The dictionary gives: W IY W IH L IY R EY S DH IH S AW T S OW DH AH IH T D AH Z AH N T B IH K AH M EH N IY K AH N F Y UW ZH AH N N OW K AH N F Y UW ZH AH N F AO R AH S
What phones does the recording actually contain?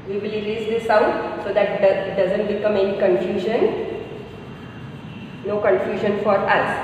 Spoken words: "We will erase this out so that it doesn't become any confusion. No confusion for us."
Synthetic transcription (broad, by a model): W IY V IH L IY L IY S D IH S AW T S OW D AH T D AH Z AH N T B IH K AH M EH N IY K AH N F Y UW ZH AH N N OW K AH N F Y UW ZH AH N F AO R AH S